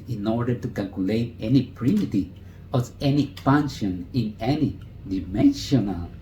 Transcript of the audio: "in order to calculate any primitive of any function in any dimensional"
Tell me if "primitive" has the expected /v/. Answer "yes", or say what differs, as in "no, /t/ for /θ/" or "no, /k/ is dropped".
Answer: no, /v/ is dropped